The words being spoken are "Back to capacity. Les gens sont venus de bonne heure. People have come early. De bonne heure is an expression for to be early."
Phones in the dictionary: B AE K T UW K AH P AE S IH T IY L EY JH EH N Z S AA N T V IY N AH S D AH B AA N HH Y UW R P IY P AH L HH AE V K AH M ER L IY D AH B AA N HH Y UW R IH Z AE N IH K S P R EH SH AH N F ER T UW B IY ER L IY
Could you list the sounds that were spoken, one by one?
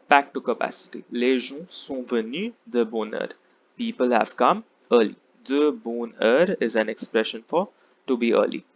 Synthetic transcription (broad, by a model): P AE K T UW K AH P AE S IH T IY L EY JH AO S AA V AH N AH D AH B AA N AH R P IY P AH L HH AE V K AH M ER L IY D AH B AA N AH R IH Z AE N IH K S P R EH SH AH N F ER T UW B IY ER L IY